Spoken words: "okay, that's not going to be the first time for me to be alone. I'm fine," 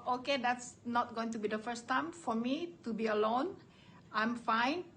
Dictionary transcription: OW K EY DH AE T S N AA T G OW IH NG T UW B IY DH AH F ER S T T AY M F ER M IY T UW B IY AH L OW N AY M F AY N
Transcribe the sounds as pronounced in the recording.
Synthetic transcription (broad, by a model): OW K EY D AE T S N AA T G OW IH NG T UW B IY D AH F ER S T T AY M F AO M IY T UW B IY AH L OW N AY M F AY N